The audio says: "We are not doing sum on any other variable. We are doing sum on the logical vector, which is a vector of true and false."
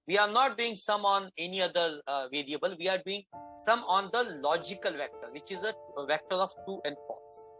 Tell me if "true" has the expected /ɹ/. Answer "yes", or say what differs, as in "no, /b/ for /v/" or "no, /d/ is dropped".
no, /ɹ/ is dropped